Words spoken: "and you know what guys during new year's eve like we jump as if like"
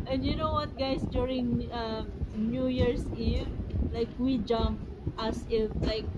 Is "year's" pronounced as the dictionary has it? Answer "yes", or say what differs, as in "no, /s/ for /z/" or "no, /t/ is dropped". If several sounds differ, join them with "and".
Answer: no, /s/ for /z/